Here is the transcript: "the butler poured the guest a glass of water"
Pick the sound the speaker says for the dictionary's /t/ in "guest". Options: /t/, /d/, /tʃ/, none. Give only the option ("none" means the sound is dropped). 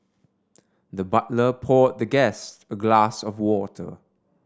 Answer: /t/